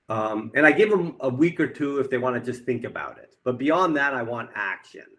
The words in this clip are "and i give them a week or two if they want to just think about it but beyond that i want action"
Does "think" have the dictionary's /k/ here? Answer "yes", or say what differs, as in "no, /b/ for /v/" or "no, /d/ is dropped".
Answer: yes